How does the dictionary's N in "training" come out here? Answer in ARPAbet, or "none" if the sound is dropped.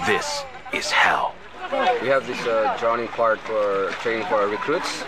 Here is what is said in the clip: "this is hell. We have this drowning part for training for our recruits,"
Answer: none